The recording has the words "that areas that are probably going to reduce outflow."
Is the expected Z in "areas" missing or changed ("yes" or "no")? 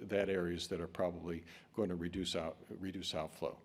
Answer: no